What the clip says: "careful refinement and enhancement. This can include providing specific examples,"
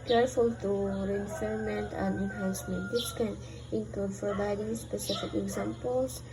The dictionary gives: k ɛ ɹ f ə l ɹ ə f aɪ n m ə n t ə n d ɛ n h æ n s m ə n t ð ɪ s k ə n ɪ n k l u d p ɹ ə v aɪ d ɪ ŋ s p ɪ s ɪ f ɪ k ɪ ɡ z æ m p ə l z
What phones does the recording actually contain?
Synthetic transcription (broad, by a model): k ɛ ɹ f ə l ɹ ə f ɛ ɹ m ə n t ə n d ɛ n h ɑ n s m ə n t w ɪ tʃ k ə n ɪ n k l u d f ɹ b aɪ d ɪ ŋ s p ɪ s ɪ f ɪ k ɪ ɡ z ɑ m p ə l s